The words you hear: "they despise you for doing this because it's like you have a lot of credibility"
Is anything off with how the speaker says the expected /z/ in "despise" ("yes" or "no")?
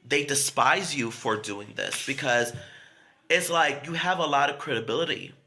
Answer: no